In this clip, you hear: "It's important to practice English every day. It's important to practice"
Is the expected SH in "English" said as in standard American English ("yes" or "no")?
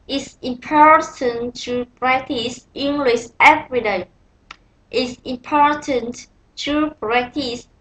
no